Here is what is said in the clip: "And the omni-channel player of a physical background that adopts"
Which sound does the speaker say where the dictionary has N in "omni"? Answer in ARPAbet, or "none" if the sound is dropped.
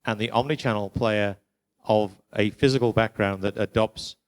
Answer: N